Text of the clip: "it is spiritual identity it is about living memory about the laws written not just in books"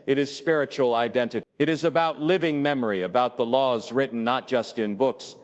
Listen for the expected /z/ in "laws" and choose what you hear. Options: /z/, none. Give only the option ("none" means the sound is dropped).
/z/